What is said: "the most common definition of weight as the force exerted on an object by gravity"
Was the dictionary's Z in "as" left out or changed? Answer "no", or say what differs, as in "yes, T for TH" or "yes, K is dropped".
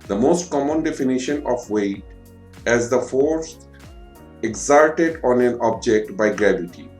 no